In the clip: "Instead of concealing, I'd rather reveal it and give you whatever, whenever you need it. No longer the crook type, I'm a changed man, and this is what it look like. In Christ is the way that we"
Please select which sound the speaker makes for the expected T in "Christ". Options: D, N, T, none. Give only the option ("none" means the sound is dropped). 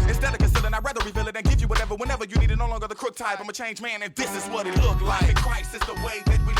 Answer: none